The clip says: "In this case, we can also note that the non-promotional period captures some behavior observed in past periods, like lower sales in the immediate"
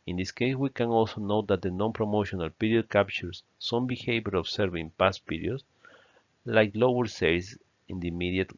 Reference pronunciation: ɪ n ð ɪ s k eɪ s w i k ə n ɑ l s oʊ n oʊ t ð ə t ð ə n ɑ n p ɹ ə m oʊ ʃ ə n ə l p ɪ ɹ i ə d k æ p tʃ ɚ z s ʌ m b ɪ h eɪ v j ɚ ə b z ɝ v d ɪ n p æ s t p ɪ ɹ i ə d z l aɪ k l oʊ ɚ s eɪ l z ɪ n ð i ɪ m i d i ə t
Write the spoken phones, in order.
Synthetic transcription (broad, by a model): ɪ n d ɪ s k eɪ s w i k ə n ɑ l s oʊ n oʊ t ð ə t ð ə n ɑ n p ɹ ə m oʊ ʃ ə n ə l p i ɹ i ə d k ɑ p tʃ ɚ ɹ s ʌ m b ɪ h eɪ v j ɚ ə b s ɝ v ɪ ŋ p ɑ s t p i ɹ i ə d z l aɪ k l oʊ ɚ s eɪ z ɪ n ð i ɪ m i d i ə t